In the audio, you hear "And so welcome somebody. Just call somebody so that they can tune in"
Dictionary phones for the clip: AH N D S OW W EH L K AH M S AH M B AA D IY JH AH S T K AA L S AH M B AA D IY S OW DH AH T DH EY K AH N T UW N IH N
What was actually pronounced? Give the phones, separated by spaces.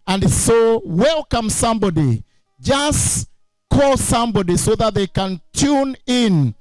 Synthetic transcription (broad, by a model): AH N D S OW W EH L K AH M S AH M B AA D IY JH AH S K AA L S AH M B AA D IY S OW DH AH T DH EY K AH N T UW N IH N